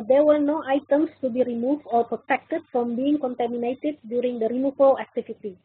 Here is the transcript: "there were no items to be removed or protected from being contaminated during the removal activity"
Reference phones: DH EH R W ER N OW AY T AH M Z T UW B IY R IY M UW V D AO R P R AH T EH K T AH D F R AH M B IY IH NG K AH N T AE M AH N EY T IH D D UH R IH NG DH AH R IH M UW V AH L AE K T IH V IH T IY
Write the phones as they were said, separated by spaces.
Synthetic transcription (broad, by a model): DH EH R W ER N OW AY T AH M S T UW B IY R IY M UW V D AO R P R AH T EH K T AH D F R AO M B IY IH NG K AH N T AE M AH N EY T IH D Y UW R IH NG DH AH R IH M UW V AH L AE K T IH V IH T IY